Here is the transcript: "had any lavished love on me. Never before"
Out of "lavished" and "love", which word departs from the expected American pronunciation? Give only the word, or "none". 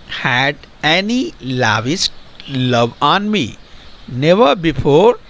lavished